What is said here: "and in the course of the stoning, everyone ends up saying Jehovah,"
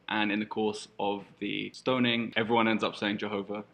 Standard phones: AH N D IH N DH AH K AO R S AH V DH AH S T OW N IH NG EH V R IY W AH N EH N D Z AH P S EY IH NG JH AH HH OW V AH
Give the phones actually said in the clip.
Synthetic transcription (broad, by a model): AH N IH N DH AH K AO S AH V DH AH S T OW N IH NG EH V R IY W AH N EH N D Z AH P S EY IH NG JH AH HH OW V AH